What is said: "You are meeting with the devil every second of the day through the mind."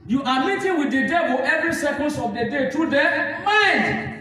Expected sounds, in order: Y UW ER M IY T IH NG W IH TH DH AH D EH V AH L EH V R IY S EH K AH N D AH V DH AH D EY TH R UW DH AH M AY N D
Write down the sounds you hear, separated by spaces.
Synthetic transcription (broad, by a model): Y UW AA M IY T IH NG W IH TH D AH D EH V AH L EH V R IY S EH K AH N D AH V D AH D EY T R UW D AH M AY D